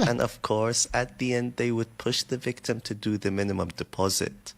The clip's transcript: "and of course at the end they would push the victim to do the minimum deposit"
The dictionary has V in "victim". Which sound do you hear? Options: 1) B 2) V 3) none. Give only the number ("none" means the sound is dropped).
2